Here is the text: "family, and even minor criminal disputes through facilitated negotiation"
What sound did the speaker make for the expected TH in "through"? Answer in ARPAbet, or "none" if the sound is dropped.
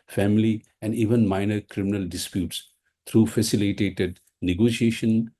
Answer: T